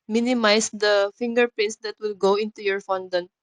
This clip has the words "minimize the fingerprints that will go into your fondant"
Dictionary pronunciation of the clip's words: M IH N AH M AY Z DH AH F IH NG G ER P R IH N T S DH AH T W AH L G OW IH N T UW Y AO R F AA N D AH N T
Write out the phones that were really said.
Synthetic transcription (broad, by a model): M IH N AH M AY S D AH F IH NG G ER P IH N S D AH T W AH L G OW IH N T UW Y AO R F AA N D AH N